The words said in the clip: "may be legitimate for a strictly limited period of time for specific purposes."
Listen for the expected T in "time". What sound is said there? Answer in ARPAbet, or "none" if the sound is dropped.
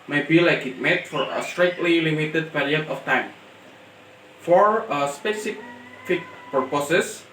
T